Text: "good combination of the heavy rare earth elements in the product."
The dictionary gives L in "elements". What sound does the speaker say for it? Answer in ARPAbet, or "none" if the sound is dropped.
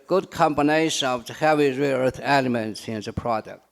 L